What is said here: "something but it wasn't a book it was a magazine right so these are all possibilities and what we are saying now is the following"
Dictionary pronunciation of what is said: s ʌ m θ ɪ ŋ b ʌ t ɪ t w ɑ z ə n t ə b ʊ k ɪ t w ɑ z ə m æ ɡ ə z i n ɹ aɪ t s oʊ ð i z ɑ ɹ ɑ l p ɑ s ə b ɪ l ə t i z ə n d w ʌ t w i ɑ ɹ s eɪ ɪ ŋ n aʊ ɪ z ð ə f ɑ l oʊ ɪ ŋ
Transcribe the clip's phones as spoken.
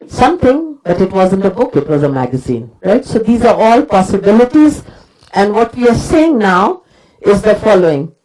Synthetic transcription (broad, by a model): s ʌ m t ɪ ŋ b ʌ t ɪ t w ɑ z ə n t ə b ʊ k ɪ t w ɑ z ə m æ ɡ ə z i n ɹ aɪ t s oʊ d i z ɑ ɹ ɑ l p ɑ s ə b ɪ l ə t i z ə n d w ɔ t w i ɑ ɹ s eɪ ɪ ŋ n aʊ ɪ z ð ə f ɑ l oʊ ɪ ŋ